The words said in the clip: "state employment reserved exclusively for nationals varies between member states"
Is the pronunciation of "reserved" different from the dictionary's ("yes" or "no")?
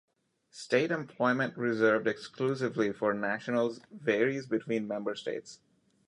no